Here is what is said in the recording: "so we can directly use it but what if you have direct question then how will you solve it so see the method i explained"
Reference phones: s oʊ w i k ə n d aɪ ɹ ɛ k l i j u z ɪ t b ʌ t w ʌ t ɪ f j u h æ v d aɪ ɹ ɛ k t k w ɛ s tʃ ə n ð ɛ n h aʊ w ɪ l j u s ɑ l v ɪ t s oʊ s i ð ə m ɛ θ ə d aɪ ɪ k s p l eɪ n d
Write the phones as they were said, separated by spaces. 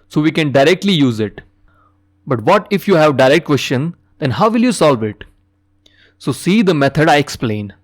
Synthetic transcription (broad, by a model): s oʊ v i k ə n d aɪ ɹ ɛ k l i j u z ɪ t b ʌ t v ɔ t ɪ f j u h æ v d aɪ ɹ ɛ k t k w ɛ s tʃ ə n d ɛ n h aʊ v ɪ l j u s ɑ l v ɪ t s oʊ s i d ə m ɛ t ə d aɪ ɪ k s p l eɪ n